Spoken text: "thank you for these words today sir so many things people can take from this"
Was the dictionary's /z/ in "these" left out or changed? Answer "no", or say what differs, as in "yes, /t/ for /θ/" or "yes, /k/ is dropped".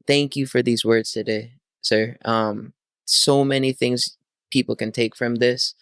no